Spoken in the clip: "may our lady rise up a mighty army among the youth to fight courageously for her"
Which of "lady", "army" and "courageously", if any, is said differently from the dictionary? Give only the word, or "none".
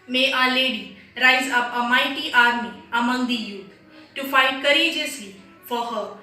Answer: courageously